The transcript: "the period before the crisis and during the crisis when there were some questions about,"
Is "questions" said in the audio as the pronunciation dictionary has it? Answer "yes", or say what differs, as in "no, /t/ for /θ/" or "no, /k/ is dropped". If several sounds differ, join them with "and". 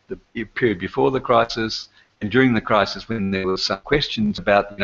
yes